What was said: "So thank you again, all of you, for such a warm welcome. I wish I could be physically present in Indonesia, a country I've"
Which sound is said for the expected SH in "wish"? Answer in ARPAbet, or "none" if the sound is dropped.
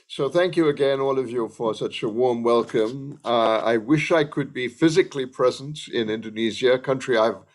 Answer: SH